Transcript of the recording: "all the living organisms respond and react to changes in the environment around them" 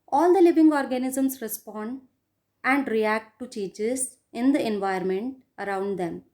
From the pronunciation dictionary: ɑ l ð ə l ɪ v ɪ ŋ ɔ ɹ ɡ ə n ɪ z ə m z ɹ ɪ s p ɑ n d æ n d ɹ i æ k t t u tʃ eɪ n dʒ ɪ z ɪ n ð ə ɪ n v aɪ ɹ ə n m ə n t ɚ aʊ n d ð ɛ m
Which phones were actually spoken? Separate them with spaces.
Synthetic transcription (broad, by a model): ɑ l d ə l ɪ v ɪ ŋ ɔ ɹ ɡ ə n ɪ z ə m s ɹ ɪ s p ɑ n d æ n d ɹ i æ k t t u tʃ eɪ dʒ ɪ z ɪ n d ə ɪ n v aɪ ə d m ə n t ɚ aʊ n d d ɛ m